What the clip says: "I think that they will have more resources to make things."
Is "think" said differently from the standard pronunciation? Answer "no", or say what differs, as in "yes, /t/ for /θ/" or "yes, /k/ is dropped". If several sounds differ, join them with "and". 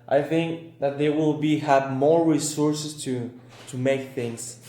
no